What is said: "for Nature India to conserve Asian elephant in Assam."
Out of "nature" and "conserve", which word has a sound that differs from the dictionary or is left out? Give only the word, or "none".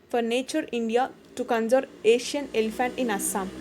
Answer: conserve